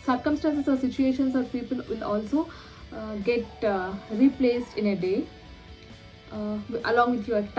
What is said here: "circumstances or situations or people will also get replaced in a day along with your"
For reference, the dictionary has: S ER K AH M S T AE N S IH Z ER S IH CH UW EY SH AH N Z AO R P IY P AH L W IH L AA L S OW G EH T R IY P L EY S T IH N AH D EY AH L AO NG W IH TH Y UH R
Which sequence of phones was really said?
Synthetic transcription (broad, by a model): S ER K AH M S T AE N S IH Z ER S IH CH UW EY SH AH N S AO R P IY P AH L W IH L AA L S OW G EH T R IY P L EY S T IH N AH D EY AH L AO NG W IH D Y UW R